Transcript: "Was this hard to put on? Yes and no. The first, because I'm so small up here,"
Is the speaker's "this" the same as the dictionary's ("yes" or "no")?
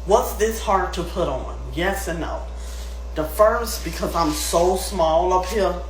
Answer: yes